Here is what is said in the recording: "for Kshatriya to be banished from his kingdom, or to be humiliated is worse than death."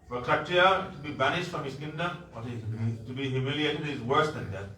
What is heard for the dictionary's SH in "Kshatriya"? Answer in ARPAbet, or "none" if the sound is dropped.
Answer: none